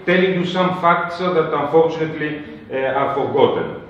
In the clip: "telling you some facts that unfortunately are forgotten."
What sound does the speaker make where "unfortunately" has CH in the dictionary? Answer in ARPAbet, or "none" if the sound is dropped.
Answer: CH